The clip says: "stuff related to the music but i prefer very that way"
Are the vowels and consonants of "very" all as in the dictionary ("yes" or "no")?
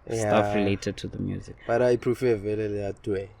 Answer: no